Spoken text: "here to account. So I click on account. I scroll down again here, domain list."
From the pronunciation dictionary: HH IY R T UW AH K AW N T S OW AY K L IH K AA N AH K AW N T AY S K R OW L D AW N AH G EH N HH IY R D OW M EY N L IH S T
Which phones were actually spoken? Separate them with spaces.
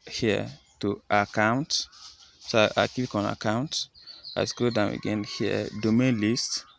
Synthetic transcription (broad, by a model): HH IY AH T UW AH K AW N T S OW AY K IY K AA N AH K AW N T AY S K OW D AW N AH G EH N HH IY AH D OW M EY N L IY S T